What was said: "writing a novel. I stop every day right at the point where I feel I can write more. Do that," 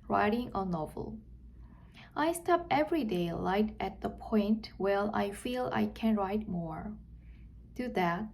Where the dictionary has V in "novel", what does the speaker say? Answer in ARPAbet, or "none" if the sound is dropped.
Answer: V